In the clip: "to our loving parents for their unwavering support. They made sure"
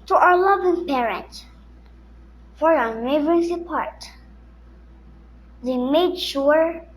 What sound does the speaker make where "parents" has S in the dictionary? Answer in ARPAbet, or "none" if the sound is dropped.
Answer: none